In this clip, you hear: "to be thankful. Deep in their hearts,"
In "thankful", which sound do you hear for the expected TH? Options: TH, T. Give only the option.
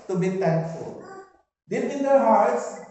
T